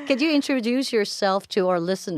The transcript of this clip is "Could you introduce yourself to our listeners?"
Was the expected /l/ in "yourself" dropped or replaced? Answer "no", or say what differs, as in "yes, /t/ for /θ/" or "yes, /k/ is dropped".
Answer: no